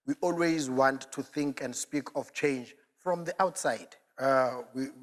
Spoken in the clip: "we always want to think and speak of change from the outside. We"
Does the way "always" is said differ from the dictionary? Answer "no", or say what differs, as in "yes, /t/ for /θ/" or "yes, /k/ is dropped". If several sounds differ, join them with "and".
no